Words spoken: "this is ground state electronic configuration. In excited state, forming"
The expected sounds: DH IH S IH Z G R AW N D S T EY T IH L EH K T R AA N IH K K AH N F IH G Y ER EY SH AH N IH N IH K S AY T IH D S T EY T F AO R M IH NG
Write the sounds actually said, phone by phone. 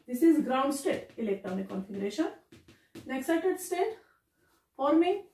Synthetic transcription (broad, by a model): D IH S IH Z G R AW N D S T EY T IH L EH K T AA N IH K K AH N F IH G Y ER EY SH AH N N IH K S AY T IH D S T EY T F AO R M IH